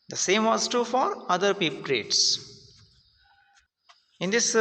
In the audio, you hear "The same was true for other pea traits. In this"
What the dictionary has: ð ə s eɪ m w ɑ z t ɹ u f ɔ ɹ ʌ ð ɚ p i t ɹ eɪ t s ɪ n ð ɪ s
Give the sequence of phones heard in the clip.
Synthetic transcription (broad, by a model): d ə s eɪ m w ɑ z t u f ɔ ɹ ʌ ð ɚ p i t ɹ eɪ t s ɪ n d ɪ s